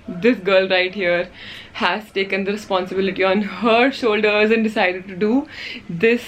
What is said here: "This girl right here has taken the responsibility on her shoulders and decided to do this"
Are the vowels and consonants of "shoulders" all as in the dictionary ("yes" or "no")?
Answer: yes